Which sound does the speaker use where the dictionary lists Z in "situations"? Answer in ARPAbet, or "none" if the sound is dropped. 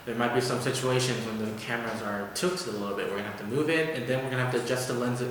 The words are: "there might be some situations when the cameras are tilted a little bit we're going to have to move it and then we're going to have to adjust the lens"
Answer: Z